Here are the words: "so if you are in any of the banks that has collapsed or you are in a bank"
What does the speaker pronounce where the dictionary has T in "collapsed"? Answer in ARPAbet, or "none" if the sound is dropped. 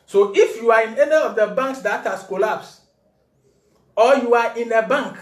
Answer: none